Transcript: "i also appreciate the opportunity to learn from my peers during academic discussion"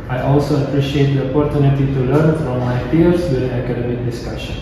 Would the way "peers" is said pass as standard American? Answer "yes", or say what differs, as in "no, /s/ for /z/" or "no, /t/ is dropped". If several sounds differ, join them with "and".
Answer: no, /f/ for /p/ and /s/ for /z/